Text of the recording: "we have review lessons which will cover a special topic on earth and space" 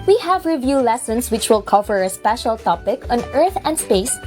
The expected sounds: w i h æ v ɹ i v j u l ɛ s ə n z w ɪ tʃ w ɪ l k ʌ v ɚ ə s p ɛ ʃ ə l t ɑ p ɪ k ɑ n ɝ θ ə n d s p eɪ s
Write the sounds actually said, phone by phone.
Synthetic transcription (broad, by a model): w i h æ v ɹ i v j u l ɛ s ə n s w ɪ tʃ w ɪ l k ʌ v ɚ ə s p ɛ ʃ ə l t ɑ p ɪ k ɑ n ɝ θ ə n d s p eɪ s